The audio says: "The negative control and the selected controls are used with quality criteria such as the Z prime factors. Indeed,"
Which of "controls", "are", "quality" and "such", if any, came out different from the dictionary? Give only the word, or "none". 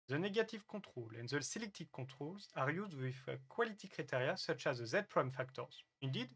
controls